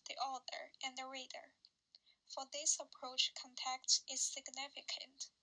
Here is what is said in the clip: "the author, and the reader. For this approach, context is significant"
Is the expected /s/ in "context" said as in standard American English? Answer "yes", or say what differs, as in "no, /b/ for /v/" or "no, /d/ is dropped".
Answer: no, /s/ is dropped